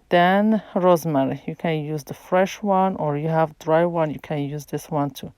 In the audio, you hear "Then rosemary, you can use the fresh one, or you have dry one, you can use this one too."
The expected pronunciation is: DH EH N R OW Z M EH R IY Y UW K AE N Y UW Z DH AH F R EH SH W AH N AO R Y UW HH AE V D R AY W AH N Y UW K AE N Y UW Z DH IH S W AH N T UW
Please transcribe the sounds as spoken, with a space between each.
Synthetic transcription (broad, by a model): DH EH N R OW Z M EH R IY Y UW K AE N Y UW Z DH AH F R EH SH W AH N AO R Y UW HH AE V D R AY W AH N Y UW K AE N Y UW Z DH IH S W AH N T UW